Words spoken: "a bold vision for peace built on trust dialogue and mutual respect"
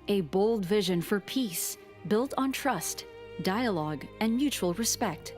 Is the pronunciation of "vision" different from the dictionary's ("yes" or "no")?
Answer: no